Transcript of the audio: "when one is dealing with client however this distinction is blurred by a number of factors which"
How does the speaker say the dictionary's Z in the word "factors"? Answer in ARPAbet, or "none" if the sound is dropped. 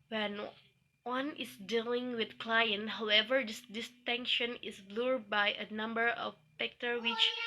none